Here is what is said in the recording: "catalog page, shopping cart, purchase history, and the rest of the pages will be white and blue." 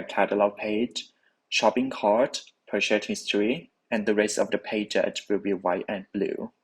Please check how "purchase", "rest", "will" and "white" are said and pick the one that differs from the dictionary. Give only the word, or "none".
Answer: purchase